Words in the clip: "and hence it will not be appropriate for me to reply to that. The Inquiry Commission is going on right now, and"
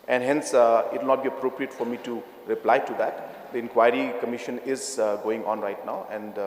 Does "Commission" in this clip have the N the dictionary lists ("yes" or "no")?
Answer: yes